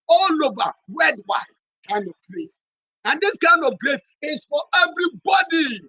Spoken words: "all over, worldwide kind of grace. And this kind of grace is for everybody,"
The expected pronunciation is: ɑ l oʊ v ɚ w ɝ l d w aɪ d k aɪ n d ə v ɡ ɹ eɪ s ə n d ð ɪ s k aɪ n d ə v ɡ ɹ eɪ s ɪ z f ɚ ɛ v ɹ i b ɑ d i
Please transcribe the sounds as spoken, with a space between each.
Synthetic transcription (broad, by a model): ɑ l oʊ v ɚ w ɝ d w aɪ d k aɪ n d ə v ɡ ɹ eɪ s ə n d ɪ s k aɪ n d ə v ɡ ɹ eɪ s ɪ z f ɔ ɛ v ɹ i b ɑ d i